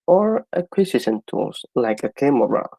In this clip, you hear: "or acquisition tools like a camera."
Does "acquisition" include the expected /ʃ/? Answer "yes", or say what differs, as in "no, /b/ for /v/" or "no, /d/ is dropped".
no, /s/ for /ʃ/